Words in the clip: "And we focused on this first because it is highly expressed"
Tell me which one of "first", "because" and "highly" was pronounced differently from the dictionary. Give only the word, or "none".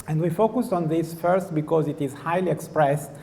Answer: none